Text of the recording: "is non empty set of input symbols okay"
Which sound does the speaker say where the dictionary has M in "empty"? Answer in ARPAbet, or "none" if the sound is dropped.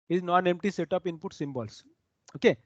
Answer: M